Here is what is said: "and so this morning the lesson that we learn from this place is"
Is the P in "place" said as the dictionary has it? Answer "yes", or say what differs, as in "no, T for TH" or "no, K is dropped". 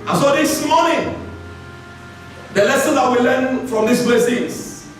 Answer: no, B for P